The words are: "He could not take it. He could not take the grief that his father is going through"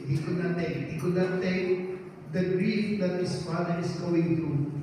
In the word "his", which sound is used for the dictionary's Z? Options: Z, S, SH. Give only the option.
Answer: S